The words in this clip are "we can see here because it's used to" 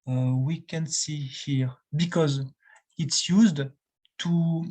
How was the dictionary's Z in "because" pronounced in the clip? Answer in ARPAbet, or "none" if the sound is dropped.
Z